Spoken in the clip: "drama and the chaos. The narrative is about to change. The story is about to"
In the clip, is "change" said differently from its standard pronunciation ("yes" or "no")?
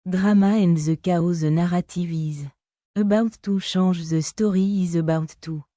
yes